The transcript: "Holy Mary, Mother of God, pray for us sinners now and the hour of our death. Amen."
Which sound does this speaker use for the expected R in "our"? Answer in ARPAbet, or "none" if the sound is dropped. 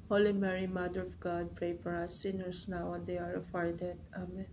R